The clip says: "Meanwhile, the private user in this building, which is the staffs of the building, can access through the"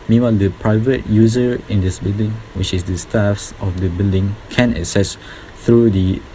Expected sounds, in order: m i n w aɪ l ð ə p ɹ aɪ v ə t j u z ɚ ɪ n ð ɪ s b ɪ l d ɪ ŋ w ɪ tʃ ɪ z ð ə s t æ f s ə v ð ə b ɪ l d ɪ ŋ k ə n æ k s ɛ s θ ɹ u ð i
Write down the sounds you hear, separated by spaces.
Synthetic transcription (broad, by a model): m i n w aɪ l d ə p ɹ aɪ v ə t j u z ɚ ɪ n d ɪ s b ɪ l d ɪ ŋ w ɪ tʃ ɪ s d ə s t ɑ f s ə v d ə b ɪ l d ɪ ŋ k ə n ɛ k s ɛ s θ ɹ u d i